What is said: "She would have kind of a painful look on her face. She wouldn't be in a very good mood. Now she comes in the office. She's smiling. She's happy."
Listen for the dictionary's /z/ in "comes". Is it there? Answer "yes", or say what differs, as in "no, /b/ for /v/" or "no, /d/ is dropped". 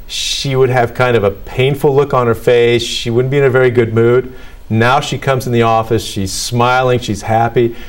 yes